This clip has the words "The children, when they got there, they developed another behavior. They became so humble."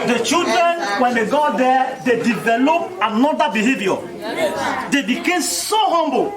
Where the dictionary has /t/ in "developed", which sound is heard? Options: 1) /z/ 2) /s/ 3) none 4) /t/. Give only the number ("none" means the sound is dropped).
3